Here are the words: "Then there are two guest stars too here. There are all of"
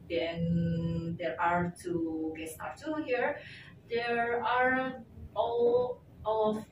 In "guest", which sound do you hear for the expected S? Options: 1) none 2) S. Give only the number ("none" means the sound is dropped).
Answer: 1